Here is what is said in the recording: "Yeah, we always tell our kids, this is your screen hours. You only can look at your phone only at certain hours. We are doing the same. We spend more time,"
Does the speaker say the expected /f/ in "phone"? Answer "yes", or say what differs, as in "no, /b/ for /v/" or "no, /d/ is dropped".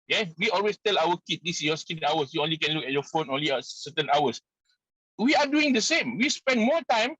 yes